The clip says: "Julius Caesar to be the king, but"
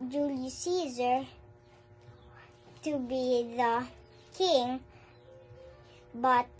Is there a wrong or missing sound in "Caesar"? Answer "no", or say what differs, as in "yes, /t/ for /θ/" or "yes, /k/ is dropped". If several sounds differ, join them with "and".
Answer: no